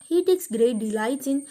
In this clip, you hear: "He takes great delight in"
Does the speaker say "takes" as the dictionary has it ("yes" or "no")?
yes